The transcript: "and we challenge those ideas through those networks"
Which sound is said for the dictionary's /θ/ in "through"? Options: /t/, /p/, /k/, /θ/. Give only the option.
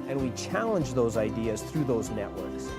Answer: /θ/